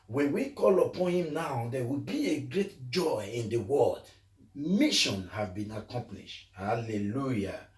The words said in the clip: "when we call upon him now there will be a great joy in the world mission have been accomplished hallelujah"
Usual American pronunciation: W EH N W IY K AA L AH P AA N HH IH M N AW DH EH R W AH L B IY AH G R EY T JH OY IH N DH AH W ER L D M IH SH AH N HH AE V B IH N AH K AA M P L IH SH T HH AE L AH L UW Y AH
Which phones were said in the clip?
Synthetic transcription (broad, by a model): W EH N W IY K AA L AH P AA N HH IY M N AW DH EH W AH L B IY AH G R EY T JH OY IH N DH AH W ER L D M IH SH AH N HH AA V B IH N AH K AA M P L IH SH T HH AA L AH L UW Y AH